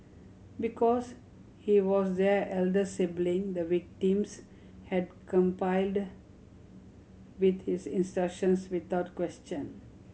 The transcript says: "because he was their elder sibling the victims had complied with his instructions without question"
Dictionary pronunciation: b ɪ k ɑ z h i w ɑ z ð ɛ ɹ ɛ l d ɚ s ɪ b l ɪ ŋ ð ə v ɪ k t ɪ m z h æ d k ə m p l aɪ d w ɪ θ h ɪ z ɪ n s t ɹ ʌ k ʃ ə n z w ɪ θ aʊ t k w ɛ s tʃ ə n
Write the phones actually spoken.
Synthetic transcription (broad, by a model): b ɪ k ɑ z h i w ɑ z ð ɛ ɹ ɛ l d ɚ s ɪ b l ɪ ŋ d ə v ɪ k t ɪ m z h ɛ d k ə m p aɪ d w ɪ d h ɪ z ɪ n s t ɹ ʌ k ʃ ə n s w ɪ t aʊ t k w ɛ s tʃ ə n